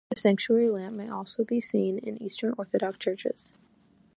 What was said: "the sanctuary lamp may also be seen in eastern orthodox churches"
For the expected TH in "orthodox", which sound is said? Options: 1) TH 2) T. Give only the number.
1